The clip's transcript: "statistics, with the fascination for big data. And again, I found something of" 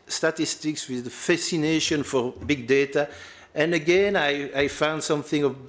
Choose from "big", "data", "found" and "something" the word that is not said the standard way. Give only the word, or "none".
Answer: none